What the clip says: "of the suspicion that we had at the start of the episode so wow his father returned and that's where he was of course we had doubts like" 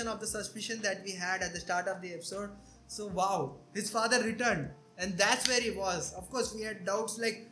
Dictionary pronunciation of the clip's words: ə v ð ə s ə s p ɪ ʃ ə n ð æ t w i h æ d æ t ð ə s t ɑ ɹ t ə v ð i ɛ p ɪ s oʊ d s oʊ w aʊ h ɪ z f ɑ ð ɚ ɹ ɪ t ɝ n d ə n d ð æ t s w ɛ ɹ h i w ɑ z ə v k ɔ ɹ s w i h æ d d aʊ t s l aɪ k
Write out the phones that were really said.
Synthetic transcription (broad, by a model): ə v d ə s ə s p ɪ ʃ ə n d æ t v i h æ d æ t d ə s t ɑ ɹ t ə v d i ɛ p ɪ s oʊ d s oʊ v aʊ h ɪ z f ɑ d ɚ ɹ ɪ t ɝ n d ə n d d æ t s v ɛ ɹ h i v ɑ z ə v k ɔ ɹ s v i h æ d d aʊ t s l aɪ k